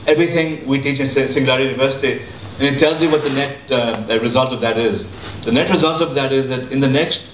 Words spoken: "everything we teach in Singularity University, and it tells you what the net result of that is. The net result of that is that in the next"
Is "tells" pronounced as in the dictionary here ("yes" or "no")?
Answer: yes